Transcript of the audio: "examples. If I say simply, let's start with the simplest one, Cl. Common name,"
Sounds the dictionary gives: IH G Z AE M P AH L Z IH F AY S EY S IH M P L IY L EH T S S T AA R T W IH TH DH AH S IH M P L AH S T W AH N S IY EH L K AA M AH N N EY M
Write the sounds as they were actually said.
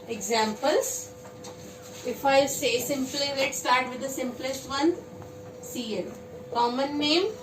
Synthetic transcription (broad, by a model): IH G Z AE M P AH L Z IH F AY S EY S IH M P L IY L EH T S S T AA R T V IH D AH S IH M P L AH S T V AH N S IY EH N K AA M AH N N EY M